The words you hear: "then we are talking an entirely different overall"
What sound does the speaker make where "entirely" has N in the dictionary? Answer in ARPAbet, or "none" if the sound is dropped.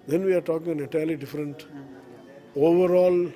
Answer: none